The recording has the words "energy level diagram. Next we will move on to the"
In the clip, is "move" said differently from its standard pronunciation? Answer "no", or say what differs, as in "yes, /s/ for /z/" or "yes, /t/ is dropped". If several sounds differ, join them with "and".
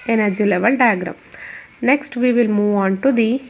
no